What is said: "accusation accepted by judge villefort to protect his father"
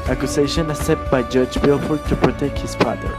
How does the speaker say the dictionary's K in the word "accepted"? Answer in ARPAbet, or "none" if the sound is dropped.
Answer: none